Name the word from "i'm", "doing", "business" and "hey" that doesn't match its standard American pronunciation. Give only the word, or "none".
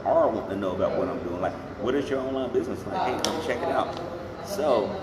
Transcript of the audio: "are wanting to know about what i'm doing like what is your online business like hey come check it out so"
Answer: none